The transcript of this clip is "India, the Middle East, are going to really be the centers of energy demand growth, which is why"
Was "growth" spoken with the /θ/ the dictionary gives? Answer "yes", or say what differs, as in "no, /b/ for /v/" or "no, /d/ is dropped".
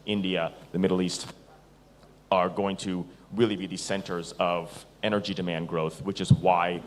yes